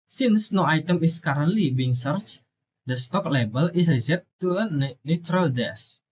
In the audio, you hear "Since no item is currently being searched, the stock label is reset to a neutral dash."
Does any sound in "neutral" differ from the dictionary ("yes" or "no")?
no